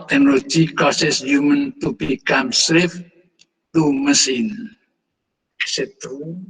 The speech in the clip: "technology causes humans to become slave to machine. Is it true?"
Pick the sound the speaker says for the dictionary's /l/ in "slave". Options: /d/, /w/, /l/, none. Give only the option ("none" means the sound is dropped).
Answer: /w/